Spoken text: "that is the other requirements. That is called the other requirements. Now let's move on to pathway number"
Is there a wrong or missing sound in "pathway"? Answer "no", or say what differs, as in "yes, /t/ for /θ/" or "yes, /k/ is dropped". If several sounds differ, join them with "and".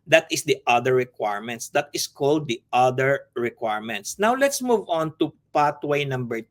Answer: yes, /t/ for /θ/